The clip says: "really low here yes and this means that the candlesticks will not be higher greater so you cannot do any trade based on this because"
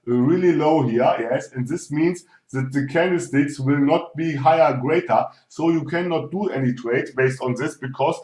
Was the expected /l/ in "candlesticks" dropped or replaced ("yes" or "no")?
yes